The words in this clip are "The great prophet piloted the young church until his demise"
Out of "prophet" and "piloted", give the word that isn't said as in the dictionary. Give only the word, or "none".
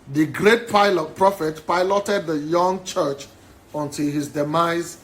none